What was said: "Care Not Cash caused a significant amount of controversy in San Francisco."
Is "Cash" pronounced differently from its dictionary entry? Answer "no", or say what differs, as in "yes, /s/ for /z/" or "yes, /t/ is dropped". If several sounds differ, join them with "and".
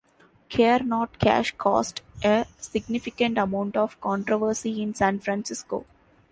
no